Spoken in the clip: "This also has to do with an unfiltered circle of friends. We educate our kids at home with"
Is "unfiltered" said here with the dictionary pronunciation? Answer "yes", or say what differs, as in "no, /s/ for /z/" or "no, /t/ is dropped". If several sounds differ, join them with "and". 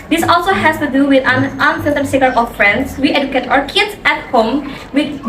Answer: no, /l/ is dropped